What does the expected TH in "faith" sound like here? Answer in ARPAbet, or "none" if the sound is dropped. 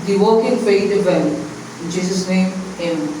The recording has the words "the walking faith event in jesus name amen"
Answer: T